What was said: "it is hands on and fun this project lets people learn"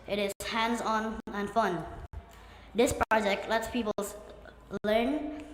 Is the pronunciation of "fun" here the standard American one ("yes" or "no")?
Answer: yes